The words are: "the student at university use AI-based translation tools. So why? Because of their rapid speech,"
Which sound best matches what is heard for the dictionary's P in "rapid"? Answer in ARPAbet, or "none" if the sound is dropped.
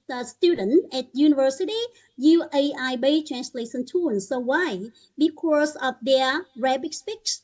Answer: B